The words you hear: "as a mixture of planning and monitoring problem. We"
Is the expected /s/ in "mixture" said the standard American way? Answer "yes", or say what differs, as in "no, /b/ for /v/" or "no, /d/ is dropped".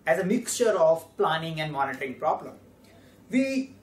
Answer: yes